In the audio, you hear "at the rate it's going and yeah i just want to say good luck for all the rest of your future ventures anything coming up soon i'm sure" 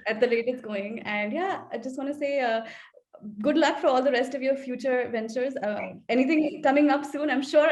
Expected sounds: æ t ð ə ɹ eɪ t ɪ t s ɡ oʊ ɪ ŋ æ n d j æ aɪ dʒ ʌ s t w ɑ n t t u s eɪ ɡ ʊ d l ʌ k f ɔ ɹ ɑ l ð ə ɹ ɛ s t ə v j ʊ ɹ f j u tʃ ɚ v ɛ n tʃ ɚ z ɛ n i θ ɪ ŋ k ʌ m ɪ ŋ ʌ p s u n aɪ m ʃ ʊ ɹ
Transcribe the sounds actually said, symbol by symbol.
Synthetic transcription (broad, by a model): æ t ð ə l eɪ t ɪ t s ɡ oʊ ɪ ŋ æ n d j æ aɪ dʒ ʌ s t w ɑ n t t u s eɪ ɡ ʊ d l ʌ k f ɔ ɹ ɑ l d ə ɹ ɛ s t ə v j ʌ ɹ f j u tʃ ɚ v ɛ n tʃ ɚ z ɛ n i t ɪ ŋ k ʌ m ɪ ŋ ʌ p s u n aɪ m ʃ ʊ ɹ